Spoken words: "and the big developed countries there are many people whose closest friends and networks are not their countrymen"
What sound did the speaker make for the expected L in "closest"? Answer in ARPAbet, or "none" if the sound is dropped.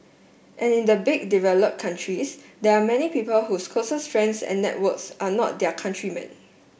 none